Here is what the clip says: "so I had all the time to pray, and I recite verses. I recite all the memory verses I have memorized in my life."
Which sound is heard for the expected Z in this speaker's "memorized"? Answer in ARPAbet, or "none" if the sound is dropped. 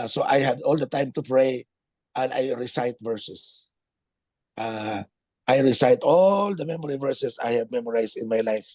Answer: S